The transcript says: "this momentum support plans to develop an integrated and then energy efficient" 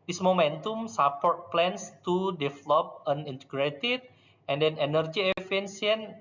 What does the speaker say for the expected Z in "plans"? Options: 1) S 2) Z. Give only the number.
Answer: 1